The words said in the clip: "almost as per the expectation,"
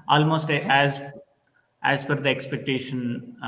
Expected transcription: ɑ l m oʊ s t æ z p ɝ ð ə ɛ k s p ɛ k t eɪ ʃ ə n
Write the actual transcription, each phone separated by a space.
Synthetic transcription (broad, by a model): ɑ l m oʊ s t æ z f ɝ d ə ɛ k s p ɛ k t eɪ ʃ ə n